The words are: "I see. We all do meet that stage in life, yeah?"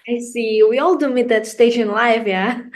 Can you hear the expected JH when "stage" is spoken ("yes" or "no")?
no